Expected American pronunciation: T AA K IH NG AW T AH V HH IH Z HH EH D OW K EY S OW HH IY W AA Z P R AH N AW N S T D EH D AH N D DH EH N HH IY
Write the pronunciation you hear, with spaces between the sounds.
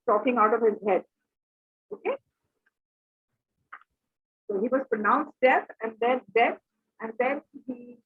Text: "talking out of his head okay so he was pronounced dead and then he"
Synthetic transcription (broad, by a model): T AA K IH NG AW T AH V HH IH Z HH EH D OW K EY S OW HH IY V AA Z P R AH N AW N S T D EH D AH N D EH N HH IY